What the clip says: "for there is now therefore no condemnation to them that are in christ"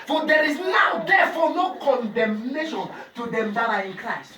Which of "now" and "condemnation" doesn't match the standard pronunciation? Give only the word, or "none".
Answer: none